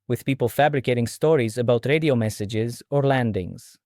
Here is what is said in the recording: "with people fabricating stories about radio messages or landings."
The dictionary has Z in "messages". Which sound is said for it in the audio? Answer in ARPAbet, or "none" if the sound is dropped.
Z